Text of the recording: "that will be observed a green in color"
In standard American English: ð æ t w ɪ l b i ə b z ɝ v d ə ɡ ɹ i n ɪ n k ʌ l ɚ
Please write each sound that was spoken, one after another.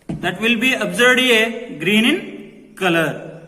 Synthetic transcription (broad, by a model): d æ t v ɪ l b i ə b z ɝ d ə ɡ ɹ i n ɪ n k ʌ l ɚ